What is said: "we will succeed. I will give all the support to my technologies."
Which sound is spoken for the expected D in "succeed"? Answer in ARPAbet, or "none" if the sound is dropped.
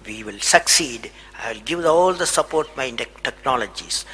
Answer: D